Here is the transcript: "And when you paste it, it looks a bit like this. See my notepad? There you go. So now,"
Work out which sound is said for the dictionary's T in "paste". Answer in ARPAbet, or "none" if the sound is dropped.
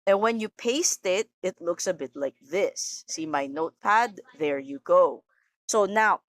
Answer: T